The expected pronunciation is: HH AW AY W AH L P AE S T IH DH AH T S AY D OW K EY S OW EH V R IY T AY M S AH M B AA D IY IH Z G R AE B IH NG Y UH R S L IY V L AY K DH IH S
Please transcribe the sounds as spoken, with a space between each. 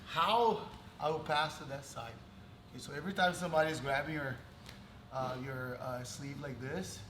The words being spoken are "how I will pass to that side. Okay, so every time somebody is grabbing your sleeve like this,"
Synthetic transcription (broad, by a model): HH AW AY W AH L P AE S T IH DH AH T S AY D OW K EY S OW EH V R IY T AY M S AH M B AA D IY IH Z G R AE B IH NG Y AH R S L IY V L AY K DH IH S